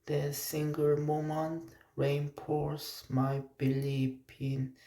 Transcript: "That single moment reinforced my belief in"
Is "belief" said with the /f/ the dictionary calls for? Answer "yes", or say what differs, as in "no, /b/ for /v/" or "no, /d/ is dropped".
no, /p/ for /f/